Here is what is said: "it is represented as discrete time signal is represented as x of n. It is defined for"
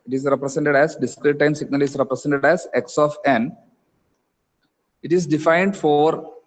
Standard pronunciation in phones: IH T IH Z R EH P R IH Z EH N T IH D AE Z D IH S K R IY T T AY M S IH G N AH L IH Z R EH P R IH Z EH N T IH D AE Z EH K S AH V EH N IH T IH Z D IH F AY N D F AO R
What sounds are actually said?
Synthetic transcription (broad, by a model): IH T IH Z R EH P R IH S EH N T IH D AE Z D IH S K R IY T T AY M S IH G N AH L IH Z R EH P R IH S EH N T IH D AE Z EH K S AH F EH N IH T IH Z D IH F AY N D F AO R